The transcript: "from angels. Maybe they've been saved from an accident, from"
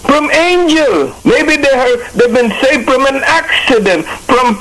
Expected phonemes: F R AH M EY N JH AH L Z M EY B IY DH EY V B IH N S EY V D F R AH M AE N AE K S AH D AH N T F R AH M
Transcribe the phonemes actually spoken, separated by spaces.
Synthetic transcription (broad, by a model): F R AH M EY N JH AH L M EY B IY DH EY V B IH N S EY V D F R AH M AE N AE K S AH D AH N T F R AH M